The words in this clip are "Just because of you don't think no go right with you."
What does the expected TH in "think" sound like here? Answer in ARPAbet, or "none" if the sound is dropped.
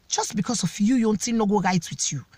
T